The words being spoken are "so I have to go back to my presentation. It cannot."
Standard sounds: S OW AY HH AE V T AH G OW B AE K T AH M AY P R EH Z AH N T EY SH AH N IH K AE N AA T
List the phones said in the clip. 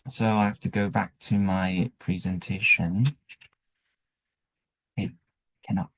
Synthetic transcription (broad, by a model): S OW AY HH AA F T AH G OW B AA K T AH M AY P R EH Z AH N T EY SH AH N IH K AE N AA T